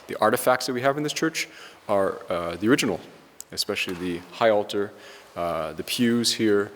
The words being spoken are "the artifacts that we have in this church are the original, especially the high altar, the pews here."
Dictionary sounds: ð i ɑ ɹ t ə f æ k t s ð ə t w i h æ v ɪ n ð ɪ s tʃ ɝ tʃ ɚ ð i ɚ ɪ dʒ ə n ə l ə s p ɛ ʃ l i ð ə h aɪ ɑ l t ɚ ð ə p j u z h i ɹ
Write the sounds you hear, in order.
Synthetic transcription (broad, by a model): ð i ɑ ɹ t ə f æ k t s ð ə t w i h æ v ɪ n ð ɪ s tʃ ɝ tʃ ɚ ð i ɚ ɪ dʒ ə n l ə s p ɛ ʃ l i ð ə h aɪ ɑ l t ɚ ð ə p j u z h i ɹ